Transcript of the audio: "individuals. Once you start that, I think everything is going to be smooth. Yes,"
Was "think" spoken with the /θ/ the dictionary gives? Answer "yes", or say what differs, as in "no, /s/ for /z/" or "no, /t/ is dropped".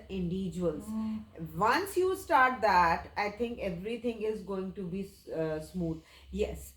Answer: no, /t/ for /θ/